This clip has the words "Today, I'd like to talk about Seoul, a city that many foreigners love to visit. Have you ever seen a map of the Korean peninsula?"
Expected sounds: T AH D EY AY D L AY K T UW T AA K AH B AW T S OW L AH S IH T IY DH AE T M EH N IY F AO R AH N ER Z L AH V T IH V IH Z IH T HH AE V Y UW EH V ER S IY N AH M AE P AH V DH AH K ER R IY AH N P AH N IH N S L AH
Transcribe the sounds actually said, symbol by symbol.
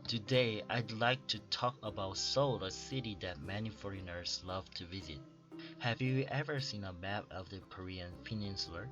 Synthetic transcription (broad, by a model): T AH D EY AY D L AY K T UW T AA K AH B AW T S OW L AH S IH T IY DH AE T M EH N IY F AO R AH N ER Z L AH V T IH V IH Z IH T HH AE V Y UW EH V ER S IY N AH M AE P AH V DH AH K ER R IY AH N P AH N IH N S L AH